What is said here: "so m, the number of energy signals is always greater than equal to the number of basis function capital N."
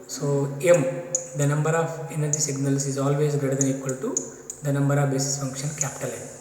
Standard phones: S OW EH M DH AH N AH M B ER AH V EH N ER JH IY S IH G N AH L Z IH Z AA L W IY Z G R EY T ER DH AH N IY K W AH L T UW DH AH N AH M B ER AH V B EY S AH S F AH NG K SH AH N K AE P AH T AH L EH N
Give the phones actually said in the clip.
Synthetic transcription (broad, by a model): S OW EH M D AH N AH M B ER AH V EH N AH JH IY S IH G N AH L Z IH Z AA L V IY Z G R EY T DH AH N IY K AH L T UW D AH N AH M B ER AH V B EY S AH S F AH NG K SH AH N K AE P T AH L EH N